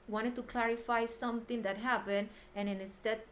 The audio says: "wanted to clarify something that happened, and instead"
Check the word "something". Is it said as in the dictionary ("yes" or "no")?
no